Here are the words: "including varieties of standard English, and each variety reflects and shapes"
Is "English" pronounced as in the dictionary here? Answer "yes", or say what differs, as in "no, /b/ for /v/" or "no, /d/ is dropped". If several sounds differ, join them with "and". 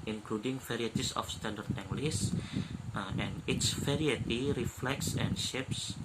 no, /s/ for /ʃ/